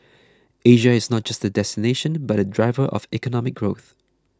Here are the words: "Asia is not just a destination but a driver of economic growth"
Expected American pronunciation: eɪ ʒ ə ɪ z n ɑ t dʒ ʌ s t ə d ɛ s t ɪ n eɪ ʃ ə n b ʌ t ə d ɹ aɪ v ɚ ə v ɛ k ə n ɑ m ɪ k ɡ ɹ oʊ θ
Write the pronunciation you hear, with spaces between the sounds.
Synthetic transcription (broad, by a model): eɪ ʒ ə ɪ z n ɑ t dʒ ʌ s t ə d ɛ s t ɪ n eɪ ʃ ə n b ʌ t ə d ɹ aɪ v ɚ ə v ɛ k ə n ɑ m ɪ k ɡ ɹ oʊ θ